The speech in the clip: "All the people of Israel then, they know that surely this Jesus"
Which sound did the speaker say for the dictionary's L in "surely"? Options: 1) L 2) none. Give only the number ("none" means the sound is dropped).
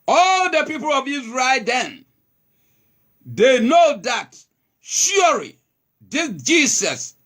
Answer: 2